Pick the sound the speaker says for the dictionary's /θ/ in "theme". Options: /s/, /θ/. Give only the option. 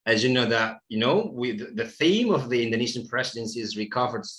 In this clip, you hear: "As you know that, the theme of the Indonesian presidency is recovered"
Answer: /θ/